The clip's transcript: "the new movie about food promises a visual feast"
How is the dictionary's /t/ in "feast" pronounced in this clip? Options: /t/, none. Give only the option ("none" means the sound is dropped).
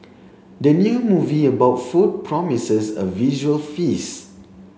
none